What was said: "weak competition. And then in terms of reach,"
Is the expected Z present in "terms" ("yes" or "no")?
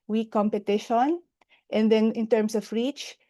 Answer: no